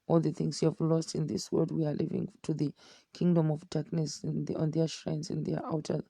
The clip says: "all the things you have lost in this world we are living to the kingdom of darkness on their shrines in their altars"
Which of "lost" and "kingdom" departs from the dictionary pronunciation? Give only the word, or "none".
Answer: none